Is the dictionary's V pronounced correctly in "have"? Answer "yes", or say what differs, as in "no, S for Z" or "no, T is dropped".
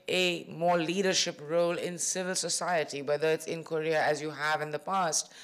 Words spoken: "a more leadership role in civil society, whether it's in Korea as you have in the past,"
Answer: yes